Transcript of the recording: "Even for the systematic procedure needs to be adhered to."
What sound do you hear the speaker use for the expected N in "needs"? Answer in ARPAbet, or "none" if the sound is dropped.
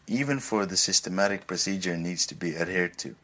N